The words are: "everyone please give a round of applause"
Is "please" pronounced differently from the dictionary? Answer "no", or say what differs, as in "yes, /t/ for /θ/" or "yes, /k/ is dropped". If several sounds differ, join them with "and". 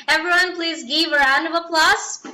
no